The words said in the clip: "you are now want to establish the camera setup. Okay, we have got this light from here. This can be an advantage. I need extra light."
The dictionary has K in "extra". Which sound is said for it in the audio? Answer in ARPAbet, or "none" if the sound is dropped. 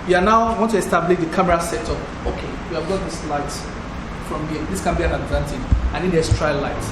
none